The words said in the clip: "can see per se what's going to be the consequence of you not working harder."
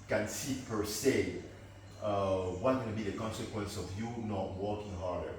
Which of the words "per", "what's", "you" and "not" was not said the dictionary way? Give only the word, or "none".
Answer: what's